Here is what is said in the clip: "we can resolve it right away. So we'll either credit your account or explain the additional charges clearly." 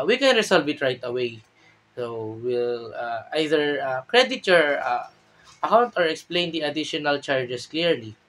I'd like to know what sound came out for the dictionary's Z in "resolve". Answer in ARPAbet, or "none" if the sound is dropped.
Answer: S